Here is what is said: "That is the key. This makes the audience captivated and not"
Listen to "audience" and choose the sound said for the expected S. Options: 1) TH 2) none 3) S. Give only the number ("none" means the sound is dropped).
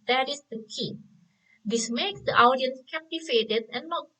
3